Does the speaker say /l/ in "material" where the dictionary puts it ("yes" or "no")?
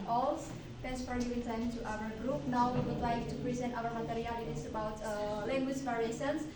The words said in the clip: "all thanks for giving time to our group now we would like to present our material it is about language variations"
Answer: no